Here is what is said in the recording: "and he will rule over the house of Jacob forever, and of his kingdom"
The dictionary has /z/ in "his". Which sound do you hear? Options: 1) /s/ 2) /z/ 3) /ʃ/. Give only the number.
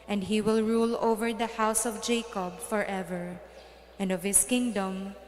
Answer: 1